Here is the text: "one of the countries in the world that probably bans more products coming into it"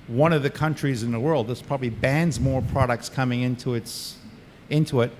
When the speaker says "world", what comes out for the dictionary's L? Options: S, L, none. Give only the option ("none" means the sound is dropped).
L